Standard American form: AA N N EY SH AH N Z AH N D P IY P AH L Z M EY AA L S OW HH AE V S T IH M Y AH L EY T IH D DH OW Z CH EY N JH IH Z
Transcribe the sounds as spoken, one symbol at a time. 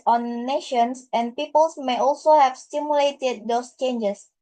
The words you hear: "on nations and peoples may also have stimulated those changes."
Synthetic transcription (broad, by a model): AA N N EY SH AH N S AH N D P IY P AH L S M EY AA L S OW HH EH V S T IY M Y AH L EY T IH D OW S CH EY N JH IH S